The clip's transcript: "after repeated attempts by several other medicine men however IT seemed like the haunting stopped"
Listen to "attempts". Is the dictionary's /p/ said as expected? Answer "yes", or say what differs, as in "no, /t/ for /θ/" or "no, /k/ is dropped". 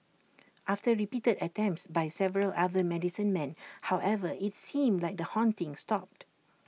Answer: yes